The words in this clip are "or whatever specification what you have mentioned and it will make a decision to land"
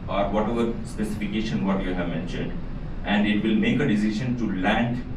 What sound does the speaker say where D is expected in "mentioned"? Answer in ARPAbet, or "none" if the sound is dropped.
D